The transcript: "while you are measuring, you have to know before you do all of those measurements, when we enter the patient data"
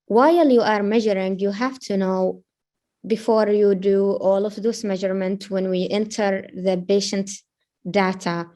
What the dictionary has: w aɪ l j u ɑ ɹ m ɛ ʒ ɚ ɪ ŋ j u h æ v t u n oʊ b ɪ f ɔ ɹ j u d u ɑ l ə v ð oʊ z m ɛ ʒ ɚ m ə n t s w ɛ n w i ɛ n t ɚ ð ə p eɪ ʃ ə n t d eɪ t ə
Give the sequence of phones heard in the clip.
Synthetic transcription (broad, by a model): w aɪ l j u ɑ ɹ m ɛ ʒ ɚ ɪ ŋ j u h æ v t u n oʊ b ɪ f ɔ ɹ j u d u ɑ l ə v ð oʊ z m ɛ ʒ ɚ m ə n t w ɛ n w i ɛ n t ɚ ð ə b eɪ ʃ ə n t d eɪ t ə